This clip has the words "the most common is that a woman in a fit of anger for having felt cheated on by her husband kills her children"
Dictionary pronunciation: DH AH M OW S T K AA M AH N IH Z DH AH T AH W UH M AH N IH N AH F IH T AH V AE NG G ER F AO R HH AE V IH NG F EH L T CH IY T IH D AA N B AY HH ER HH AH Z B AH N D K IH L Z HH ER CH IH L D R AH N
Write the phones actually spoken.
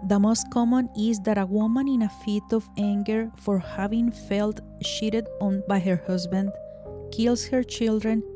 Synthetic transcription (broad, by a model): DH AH M OW S T K AA M AH N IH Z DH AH T AH W UH M AH N IH N AH F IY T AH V AE NG G ER F AO R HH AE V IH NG F EH L T SH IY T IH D AA N B AY HH ER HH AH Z B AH N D K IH L S HH ER CH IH L D R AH N